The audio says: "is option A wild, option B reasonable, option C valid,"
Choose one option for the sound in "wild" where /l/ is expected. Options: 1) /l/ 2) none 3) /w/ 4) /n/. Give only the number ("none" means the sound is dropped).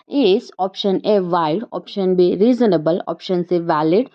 2